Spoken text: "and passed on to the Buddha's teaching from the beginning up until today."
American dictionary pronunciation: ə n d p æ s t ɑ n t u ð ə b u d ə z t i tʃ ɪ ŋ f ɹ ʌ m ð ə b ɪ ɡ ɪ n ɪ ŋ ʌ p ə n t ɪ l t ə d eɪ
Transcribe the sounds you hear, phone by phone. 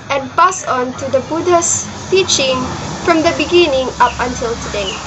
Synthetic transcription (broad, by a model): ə n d p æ s ɑ n t u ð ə b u d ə s t i tʃ ɪ ŋ f ɹ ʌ m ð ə b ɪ ɡ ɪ n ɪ ŋ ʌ p ə n t ɪ l t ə d eɪ